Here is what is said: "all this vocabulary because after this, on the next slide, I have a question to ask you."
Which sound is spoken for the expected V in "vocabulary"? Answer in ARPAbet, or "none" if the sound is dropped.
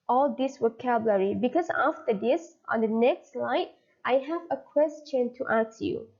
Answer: W